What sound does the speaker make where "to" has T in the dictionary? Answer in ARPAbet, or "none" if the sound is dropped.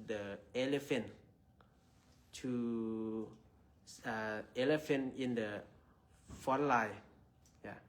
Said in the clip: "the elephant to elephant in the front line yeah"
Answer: S